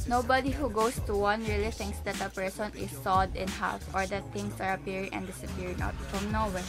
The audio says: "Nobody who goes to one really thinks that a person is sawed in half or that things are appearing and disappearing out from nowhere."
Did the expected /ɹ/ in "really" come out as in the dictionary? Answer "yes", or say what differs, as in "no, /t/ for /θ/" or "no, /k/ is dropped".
yes